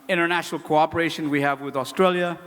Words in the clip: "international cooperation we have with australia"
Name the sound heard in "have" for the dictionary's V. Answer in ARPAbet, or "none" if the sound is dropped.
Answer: V